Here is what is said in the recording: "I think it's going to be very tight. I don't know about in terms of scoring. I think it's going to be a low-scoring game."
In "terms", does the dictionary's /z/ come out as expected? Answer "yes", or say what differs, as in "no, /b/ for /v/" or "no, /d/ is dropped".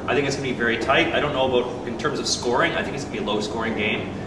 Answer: yes